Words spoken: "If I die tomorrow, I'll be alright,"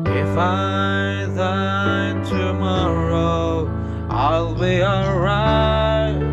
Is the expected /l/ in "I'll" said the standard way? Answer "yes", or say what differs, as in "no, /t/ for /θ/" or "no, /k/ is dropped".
yes